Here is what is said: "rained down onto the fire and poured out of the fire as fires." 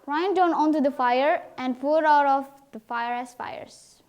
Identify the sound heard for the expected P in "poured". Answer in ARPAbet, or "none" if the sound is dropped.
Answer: F